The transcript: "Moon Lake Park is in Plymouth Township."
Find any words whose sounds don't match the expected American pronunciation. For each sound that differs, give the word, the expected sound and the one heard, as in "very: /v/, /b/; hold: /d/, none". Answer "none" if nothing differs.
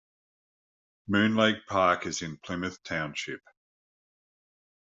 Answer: none